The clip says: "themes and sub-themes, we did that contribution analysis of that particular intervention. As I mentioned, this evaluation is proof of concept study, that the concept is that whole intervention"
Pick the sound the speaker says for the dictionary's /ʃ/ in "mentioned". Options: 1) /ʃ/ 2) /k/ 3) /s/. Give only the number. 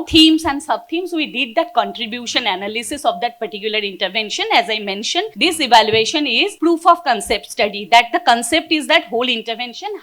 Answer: 1